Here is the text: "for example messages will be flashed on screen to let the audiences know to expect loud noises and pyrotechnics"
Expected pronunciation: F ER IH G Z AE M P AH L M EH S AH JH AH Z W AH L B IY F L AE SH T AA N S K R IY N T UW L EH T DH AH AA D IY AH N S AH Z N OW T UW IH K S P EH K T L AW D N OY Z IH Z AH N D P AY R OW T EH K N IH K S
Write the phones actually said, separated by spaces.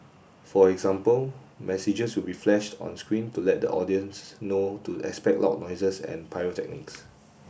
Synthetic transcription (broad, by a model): F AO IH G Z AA M P AH L M EH S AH JH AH S W AH L B IY F L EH SH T AA N S K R IY N T UW L EH T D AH AA D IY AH N S N OW T UW IH K S P EH K T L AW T N OY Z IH S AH N P AY OW T EH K N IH K S